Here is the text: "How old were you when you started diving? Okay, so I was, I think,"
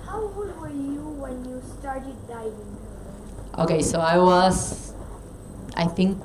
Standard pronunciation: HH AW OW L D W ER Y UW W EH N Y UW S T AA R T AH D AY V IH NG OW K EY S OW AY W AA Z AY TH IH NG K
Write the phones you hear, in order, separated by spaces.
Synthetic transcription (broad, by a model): HH AW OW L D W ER Y UW W EH N Y UW S T AA R T AH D AY IH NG OW K EY S OW AY W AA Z AY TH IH NG K